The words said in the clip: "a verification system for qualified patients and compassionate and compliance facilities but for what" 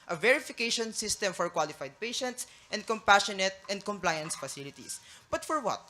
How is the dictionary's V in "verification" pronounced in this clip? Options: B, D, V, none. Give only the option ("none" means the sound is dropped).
V